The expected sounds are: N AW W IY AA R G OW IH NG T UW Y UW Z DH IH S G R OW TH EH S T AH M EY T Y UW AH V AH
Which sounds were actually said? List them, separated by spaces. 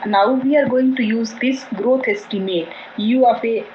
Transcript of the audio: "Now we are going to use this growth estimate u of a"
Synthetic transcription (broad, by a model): N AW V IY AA R G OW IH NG T UW Y UW Z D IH S G R OW T EH S T AH M EY T Y UW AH F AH